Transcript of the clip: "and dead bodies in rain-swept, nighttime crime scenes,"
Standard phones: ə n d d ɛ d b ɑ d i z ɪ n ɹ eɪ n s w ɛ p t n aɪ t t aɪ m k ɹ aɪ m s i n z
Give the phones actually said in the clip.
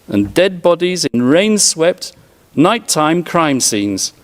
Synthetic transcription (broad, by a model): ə n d d ɛ d b ɑ d i z ɪ n ɹ eɪ n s w ɛ p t n aɪ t t aɪ m k ɹ aɪ m s i n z